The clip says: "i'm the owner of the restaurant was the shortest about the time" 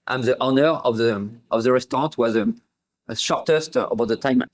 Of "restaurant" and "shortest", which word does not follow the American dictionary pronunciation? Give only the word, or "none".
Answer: restaurant